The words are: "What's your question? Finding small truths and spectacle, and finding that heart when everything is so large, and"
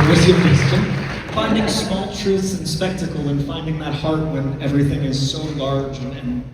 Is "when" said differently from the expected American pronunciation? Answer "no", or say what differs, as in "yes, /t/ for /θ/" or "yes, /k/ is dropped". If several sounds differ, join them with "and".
no